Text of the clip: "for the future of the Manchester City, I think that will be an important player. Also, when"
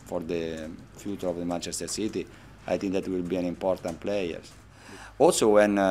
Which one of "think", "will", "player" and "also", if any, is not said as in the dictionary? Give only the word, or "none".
think